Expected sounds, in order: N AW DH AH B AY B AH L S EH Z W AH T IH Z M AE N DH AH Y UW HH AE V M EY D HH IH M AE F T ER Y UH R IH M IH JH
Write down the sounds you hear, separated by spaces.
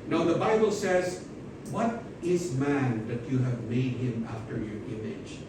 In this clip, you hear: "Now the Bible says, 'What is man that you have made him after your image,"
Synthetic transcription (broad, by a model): N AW DH AH B AY B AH L S EH Z W AH T IH Z M AE N DH AH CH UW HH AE V M EY D HH IH M AE F T ER Y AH R IH M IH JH